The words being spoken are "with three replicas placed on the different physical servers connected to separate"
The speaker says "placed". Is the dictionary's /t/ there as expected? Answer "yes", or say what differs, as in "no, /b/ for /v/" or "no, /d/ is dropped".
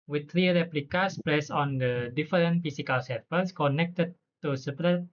no, /t/ is dropped